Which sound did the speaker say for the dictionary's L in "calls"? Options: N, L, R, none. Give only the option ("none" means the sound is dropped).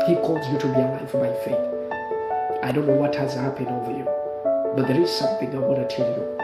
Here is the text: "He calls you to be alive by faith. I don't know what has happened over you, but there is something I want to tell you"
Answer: L